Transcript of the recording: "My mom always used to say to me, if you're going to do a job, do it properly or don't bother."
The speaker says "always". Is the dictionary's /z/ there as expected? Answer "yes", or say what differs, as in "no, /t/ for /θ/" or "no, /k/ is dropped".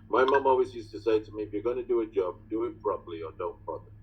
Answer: yes